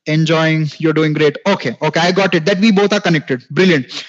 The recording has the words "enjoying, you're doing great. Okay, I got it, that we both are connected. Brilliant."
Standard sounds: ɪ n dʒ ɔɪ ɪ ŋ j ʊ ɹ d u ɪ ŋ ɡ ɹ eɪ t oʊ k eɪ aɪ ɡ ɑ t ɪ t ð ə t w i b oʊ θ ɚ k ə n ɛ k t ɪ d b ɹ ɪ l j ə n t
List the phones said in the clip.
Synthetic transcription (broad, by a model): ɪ n dʒ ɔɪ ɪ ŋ j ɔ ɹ d u ɪ ŋ ɡ ɹ eɪ t oʊ k eɪ aɪ ɡ ɑ t ɪ t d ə t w i b oʊ t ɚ k ə n ɛ k t ɪ d b ɹ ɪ l j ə n t